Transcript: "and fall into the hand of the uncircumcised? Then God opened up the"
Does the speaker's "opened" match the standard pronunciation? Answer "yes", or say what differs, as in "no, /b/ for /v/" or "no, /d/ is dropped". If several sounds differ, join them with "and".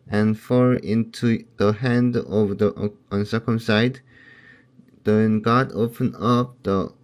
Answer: no, /d/ is dropped